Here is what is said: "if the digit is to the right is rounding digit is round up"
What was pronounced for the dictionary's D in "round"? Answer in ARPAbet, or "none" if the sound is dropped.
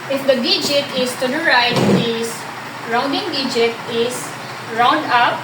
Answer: D